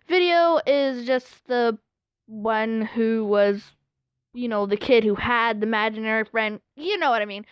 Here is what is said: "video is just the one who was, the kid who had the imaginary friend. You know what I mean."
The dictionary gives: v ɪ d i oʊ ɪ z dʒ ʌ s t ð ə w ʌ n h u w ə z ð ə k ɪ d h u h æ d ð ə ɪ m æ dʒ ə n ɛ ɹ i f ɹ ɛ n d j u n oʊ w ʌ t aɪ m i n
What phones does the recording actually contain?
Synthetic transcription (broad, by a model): v ɪ d i oʊ ɪ z dʒ ʌ s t ð ə w ʌ n h u w ə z ð ə k ɪ d h u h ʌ d ð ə ɪ m æ dʒ ə n ɛ ɹ i f ɹ ɛ n d j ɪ n oʊ w ʌ t aɪ m i n